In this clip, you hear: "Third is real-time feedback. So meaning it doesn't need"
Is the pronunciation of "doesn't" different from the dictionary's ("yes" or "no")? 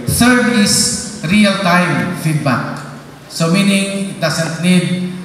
yes